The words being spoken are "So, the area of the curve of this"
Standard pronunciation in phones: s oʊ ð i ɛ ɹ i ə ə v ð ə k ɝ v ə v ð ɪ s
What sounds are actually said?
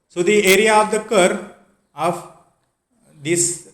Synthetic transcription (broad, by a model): s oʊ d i ɛ ɹ i ə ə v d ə k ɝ ə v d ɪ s